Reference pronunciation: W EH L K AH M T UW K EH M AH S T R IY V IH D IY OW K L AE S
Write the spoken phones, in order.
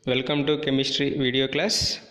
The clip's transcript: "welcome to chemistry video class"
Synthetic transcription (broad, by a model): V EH L K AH M T UW K EH M AH S T R IY V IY D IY OW K L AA S